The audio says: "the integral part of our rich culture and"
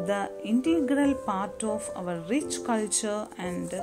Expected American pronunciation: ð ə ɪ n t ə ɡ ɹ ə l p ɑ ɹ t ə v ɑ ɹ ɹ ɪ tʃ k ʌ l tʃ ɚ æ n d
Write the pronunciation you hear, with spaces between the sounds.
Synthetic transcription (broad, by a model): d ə ɪ n t ə ɡ ɹ ə l p ɑ ɹ t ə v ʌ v ɹ ɪ tʃ k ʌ l tʃ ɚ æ n d